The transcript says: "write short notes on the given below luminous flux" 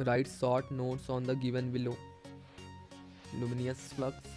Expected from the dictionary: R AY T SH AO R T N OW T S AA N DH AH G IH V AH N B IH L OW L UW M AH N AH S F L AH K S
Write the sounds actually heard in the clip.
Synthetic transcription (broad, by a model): R AY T S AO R T N OW T S AA N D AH G IH V AH N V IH L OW L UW M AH N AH S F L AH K S